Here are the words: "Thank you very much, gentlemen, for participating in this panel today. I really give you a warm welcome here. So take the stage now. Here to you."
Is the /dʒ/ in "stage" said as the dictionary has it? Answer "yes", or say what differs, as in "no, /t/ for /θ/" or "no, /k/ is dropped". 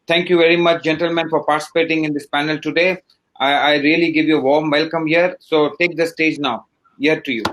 yes